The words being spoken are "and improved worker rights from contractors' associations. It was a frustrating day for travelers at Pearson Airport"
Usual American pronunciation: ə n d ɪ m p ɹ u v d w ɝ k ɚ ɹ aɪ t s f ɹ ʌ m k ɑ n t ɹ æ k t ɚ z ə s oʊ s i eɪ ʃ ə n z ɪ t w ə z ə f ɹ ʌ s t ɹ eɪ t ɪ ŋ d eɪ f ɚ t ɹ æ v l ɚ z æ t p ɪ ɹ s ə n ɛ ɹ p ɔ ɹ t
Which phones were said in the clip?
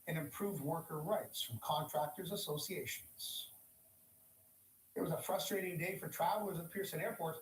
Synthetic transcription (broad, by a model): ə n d ɪ m p ɹ u v d w ɝ k ɚ ɹ aɪ t s f ɹ ʌ m k ɑ n t ɹ æ k t ɚ z ə s oʊ s i eɪ ʃ ə n z ɪ t w ə z ə f ɹ ʌ s t ɹ eɪ t ɪ ŋ d eɪ f ɚ t ɹ æ v l ɚ z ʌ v p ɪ ɹ s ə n ɛ ɹ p ɔ ɹ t